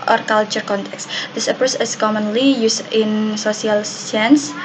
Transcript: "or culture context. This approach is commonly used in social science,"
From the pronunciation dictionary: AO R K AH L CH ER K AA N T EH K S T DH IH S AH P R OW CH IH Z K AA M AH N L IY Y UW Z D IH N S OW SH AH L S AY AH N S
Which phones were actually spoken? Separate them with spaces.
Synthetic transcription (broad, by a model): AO R K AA L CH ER K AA N T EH K S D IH S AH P OW S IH S K AA M AH N L IY Y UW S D IH N S OW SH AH L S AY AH N S